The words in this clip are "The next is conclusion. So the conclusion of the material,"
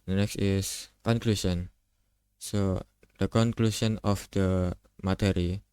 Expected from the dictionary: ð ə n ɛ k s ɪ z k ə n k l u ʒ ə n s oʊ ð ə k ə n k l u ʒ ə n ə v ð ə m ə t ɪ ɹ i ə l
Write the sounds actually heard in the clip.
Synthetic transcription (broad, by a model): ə n ɛ k s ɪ s k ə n k l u ʃ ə n s oʊ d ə k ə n k l u ʃ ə n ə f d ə m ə t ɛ ɹ i